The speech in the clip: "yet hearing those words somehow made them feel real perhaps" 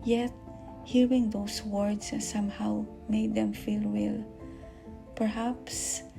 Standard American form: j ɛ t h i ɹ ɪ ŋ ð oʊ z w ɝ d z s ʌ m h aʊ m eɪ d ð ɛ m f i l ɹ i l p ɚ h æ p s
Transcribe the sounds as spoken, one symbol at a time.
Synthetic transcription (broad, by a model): j ɛ t h i ɹ ɪ ŋ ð oʊ s w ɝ d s s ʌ m h aʊ m eɪ d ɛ m f i l w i l p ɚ h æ p s